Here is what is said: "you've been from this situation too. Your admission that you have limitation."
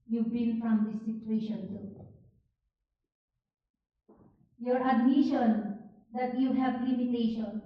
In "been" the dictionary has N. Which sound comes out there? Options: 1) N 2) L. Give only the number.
2